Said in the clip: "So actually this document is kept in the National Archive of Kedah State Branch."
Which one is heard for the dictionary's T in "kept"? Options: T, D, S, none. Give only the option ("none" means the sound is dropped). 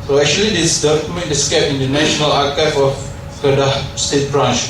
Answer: none